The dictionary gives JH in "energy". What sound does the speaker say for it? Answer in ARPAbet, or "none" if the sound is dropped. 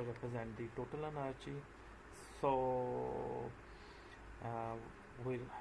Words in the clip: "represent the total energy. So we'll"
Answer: CH